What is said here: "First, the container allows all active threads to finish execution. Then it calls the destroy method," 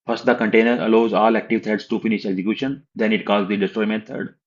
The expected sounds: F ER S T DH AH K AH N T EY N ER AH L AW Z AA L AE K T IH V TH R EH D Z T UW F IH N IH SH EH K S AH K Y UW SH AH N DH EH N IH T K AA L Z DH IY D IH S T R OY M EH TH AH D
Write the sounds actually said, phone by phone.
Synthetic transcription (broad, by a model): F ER S T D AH K AH N T EY N ER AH L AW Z AA L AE K T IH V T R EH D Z T UW F IH N IH SH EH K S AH K Y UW SH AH N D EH N IH T K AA Z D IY D IH S T R OY M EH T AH D